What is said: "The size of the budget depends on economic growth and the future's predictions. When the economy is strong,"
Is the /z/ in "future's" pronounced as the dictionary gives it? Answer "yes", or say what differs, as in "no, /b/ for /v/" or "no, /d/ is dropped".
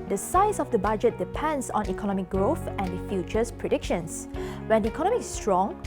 no, /s/ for /z/